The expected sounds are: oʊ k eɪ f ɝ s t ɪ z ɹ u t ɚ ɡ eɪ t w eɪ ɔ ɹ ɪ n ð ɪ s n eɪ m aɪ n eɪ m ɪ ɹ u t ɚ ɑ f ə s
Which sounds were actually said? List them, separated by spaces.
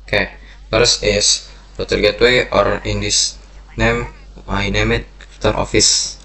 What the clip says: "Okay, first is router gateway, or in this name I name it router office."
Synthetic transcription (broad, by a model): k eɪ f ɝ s ɪ s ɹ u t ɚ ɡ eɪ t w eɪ ɔ ɹ ɪ n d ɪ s n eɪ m aɪ n eɪ m ɪ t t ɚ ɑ f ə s